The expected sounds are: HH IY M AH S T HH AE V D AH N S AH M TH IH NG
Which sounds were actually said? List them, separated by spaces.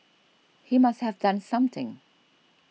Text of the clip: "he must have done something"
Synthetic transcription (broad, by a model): HH IY M AH S T HH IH V D AH N S AH M TH IH NG